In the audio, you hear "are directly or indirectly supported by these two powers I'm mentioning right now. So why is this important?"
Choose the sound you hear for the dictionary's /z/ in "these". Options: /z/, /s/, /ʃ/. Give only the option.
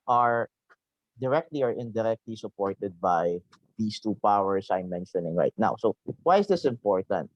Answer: /s/